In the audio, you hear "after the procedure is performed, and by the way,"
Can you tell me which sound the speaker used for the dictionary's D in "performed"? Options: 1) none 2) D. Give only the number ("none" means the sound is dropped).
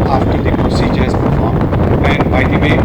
1